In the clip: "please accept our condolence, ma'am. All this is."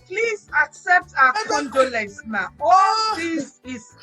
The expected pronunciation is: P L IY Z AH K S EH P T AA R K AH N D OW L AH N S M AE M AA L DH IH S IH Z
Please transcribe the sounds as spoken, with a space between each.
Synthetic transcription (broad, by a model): P L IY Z AH K S EH P T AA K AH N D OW L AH S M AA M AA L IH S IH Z